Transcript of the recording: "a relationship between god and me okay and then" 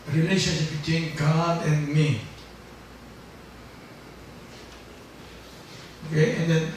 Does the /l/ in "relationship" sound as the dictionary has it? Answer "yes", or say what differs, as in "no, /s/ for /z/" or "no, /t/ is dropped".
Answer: yes